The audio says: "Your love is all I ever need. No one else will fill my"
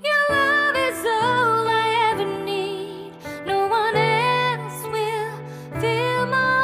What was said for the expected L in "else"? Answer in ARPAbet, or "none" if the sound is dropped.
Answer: N